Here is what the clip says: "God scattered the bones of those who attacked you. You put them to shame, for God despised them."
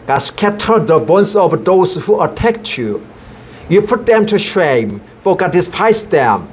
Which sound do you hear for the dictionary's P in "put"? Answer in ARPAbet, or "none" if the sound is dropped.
P